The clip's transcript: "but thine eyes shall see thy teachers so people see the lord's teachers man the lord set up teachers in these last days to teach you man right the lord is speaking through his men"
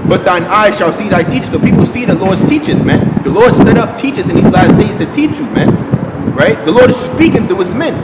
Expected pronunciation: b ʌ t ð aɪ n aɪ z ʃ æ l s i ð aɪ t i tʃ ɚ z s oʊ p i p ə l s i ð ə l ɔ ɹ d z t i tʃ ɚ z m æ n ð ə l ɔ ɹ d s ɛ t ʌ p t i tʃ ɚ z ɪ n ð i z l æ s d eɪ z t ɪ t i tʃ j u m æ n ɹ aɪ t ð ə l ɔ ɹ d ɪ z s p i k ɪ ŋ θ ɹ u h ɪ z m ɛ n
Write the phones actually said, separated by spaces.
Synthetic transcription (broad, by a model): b ʌ t ð aɪ n aɪ ʃ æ l s i ð aɪ t i tʃ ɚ s oʊ p i p l s i ð ə l ɔ ɹ d z t i tʃ ɚ z m æ n ð ə l ɔ ɹ d s ɛ t ʌ p t i tʃ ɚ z ɪ n ð i z l æ s d eɪ z t ɪ t i tʃ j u m æ n ɹ aɪ t ð ə l ɔ ɹ d ɪ z s p i k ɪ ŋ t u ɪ z m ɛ n